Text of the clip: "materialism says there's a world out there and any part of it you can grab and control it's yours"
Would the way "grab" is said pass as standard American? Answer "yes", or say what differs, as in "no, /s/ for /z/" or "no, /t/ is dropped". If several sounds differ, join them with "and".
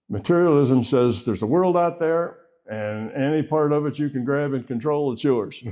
yes